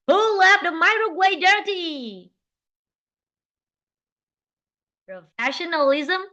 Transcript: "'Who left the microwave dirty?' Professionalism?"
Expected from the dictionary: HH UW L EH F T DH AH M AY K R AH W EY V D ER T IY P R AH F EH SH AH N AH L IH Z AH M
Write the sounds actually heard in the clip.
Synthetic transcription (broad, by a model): HH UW L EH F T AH M AY R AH W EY D ER T IY P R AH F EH SH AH N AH L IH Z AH M